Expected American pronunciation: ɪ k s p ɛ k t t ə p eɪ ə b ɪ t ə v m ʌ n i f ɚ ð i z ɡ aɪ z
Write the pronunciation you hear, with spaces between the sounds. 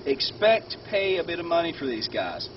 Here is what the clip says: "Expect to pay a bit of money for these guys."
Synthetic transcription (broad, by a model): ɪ k s p ɛ k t t ə p eɪ ə b ɪ t ə v m ʌ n i f ɚ ð i z ɡ aɪ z